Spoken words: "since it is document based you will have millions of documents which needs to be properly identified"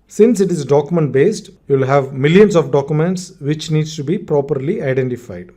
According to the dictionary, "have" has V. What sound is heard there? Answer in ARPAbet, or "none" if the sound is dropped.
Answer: V